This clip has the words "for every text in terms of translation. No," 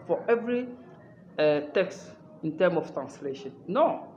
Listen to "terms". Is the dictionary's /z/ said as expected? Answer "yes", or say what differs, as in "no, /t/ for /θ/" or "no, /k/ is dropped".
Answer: no, /z/ is dropped